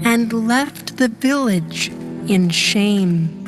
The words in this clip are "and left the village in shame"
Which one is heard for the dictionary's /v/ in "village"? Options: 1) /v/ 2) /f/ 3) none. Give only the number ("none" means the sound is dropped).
1